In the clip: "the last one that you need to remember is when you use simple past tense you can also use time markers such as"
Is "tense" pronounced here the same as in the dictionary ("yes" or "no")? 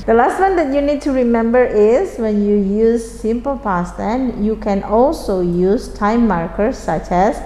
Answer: no